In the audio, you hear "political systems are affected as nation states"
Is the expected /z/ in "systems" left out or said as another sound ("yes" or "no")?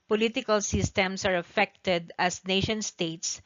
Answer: yes